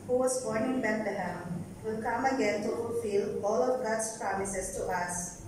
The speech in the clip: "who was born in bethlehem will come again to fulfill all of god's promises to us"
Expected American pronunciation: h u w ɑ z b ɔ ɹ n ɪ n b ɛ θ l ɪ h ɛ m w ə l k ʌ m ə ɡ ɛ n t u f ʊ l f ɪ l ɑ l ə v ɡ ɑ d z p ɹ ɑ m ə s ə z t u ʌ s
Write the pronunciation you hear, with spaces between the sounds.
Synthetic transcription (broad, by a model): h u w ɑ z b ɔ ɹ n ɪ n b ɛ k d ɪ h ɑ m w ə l k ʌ m ə ɡ ɛ n t u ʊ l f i l ɑ l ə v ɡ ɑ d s p ɹ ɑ m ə s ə s t u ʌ s